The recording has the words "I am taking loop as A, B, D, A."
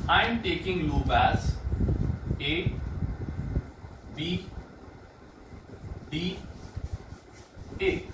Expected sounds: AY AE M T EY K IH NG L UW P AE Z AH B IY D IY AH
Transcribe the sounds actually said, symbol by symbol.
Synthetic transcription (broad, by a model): AY M T EY K IH NG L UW B AE Z AH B IY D IY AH